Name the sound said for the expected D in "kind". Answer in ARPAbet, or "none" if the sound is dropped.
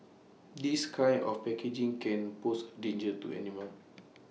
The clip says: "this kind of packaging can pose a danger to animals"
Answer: none